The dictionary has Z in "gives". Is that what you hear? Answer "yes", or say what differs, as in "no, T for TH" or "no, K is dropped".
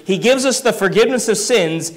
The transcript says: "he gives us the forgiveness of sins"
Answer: yes